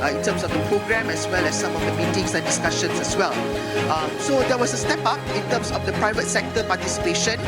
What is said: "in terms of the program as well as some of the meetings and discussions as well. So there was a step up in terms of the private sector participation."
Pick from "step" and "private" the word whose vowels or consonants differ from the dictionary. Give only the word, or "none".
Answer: none